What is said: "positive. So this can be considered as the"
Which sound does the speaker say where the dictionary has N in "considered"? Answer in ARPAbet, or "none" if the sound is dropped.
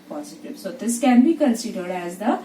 L